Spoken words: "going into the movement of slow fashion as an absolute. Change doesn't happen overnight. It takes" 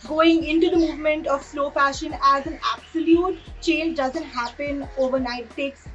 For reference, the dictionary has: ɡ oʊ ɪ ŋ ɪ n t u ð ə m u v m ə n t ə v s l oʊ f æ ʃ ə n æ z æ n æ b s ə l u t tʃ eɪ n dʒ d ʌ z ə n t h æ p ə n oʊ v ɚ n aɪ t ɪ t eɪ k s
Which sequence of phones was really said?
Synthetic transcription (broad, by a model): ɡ oʊ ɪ ŋ ɪ n t u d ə m u v m ə n t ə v s l oʊ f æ ʃ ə n æ z æ n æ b s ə l u t tʃ eɪ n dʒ d ʌ z ə n t h æ p ə n oʊ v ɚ n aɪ ɪ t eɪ k s